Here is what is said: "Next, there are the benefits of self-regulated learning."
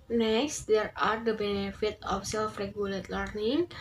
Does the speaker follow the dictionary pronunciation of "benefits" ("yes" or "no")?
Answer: no